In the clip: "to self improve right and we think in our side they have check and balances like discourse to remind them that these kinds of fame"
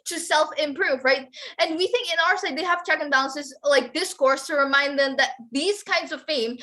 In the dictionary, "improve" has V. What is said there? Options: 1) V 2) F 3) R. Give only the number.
1